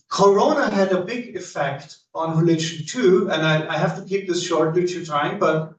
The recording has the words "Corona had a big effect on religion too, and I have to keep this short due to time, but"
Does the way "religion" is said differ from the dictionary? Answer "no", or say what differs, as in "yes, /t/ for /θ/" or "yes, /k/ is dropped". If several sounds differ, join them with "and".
yes, /ʃ/ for /dʒ/